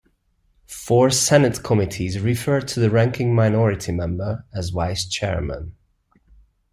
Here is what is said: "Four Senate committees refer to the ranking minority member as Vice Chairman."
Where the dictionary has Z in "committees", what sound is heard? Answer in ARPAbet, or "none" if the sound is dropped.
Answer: Z